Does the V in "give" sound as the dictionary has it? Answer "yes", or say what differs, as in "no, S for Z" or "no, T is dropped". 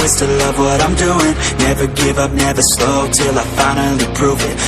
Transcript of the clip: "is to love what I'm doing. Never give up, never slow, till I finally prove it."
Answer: yes